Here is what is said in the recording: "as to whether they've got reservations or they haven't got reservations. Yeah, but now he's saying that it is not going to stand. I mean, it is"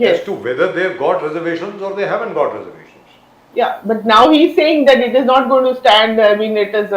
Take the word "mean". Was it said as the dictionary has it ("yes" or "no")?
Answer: no